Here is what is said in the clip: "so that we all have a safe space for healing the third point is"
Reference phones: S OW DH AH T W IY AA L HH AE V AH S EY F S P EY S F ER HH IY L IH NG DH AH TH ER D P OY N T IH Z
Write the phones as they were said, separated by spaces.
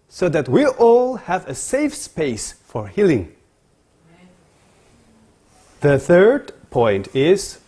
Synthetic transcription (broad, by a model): S OW DH AH T W IY AA L HH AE V AH S EY F S P EY S F ER HH IY L IH NG DH AH TH ER D P OY N T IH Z